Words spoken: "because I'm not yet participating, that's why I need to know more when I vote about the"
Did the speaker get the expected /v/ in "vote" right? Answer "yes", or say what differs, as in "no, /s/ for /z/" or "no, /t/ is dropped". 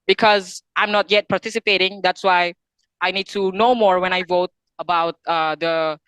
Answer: yes